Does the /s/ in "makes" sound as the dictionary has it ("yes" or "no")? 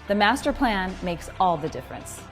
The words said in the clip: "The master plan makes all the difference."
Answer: yes